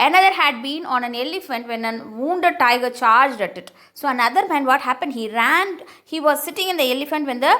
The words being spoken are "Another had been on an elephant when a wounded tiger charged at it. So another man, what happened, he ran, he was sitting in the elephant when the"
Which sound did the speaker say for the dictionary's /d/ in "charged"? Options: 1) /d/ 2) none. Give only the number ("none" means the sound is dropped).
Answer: 1